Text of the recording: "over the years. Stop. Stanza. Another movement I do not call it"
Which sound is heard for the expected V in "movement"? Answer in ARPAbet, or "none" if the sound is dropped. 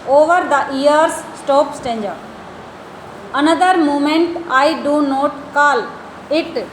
none